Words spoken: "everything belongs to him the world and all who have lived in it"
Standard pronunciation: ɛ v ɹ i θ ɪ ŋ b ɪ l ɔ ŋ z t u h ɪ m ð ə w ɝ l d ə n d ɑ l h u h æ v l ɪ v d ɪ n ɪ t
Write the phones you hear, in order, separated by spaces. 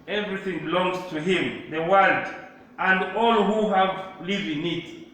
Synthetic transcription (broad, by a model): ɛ v ɹ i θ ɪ ŋ b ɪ l ɔ ŋ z t u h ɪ m ð ə w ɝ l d ə n d ɑ l h u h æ v l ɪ v ɪ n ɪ t